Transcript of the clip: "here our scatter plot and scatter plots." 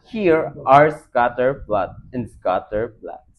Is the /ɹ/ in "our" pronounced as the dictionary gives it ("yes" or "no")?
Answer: yes